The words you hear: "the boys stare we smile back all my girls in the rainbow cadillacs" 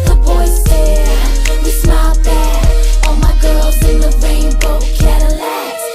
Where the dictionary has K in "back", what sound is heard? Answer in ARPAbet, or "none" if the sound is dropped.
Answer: none